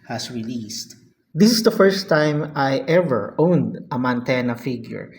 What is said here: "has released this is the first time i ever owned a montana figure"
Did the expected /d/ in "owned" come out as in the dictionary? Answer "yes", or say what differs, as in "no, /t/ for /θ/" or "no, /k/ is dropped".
yes